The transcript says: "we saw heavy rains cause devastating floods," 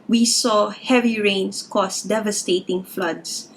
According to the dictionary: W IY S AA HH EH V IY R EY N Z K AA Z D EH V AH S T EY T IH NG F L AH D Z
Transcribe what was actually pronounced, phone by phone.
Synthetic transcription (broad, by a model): W IY S AA HH EH V IY R EY N S K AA S D EH V AH S T EY T IH NG F L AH D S